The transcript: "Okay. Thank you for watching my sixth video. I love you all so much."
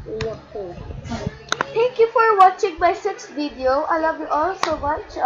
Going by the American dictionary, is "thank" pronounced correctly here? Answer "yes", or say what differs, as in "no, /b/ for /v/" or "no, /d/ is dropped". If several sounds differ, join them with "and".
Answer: no, /t/ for /θ/